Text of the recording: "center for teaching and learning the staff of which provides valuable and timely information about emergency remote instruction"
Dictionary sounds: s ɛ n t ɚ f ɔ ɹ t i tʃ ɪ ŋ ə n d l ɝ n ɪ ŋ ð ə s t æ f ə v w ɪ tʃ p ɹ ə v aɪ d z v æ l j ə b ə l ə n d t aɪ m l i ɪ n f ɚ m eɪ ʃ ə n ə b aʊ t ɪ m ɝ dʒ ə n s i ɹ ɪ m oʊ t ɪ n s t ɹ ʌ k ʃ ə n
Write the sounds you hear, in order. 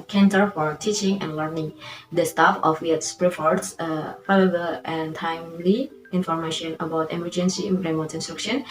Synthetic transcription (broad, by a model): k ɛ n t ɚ f ɔ ɹ t i tʃ ɪ ŋ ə n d l ɝ n ɪ ŋ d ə s t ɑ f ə f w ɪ s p ɹ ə f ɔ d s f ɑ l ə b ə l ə n t aɪ m l i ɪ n f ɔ m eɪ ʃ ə n ə b aʊ t ɪ m ɝ dʒ ə n s i ɹ ɪ m oʊ t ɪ n s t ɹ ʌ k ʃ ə n